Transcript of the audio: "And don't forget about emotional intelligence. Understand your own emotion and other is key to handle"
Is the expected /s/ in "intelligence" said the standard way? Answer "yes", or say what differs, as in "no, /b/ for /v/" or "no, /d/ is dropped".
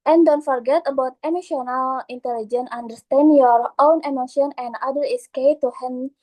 no, /s/ is dropped